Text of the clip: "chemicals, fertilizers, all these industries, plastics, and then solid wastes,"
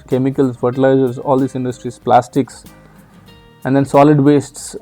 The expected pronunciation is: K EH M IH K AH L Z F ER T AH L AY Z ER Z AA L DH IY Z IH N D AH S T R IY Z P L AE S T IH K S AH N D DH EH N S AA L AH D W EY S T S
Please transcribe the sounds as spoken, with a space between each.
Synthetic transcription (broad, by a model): K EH M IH K AH L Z F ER T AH L AY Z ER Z AA L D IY S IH N D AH S T R IY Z P L AE S T IH K S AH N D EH N S AA L AH D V EY S T S